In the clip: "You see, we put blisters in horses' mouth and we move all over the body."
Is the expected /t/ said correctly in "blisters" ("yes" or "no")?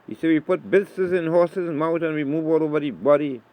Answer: no